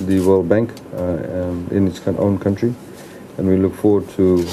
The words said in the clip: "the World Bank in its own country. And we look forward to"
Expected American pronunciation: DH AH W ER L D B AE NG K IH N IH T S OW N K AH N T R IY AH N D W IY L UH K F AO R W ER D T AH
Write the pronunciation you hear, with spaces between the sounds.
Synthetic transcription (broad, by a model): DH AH W ER L D B AE NG K IH N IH T S OW N K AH N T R IY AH N W IY L UH K F AO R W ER D T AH